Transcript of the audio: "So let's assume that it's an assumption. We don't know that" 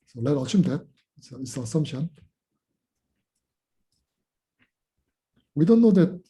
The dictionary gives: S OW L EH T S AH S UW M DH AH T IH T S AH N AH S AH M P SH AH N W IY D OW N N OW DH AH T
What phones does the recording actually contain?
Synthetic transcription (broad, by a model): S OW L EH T AH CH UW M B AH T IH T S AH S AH S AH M SH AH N W IY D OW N N OW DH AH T